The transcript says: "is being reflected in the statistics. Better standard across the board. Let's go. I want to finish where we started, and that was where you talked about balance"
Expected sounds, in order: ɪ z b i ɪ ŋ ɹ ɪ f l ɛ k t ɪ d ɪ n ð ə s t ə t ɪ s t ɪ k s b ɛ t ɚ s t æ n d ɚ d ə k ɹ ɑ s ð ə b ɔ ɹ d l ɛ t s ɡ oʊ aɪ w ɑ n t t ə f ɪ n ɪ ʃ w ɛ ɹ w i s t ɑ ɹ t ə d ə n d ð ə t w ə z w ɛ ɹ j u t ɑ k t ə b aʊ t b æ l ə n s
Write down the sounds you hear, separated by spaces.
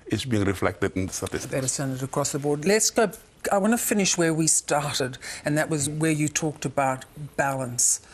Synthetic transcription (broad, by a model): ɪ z b i ɪ ŋ ɹ ɪ f l ɛ k t ɪ d ɪ n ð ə s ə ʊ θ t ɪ s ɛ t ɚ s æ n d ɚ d ə k ɹ ɑ s ð ə b ɔ ɹ d l ɛ t s ɡ oʊ aɪ w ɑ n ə f ɪ n ɪ ʃ w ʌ ɹ w i s t ɑ ɹ t ə d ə n ð ə t w ə z w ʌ ɹ j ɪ t ɑ k t ə b aʊ t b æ l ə n s